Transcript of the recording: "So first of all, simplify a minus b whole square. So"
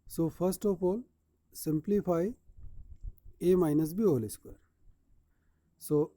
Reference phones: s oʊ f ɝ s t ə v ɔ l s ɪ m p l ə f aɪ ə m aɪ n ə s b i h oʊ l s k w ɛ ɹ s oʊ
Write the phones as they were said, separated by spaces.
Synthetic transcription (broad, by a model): s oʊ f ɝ s t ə p ɔ l s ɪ m p l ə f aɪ ə m aɪ n ə s b i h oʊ l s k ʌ ɹ s oʊ